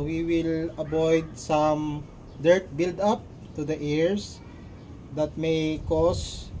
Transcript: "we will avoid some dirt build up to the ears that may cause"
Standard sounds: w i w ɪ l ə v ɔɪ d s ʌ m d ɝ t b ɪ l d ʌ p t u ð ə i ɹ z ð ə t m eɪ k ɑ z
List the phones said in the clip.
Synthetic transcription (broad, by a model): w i w ɪ l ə b ɔɪ d s ʌ m d ɝ t b ɪ l d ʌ p t u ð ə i ɹ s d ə t m eɪ k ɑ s